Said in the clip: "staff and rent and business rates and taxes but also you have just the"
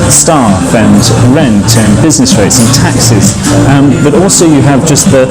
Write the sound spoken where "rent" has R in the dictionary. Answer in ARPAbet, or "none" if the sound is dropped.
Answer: R